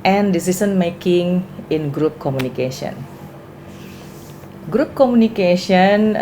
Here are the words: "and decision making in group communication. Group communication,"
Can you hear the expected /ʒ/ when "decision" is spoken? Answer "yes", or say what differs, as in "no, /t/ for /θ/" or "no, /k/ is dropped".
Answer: no, /s/ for /ʒ/